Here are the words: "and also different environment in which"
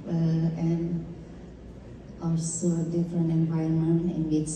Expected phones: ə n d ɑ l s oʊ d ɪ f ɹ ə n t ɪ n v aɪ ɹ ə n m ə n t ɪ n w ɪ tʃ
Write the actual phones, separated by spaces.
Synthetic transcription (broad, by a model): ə n ɑ l s oʊ d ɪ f ɹ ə n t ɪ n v aɪ ə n m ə n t ɪ n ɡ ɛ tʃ